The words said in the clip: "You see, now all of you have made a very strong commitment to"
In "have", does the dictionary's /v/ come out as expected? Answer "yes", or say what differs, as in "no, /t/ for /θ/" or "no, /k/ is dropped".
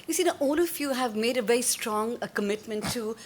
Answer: yes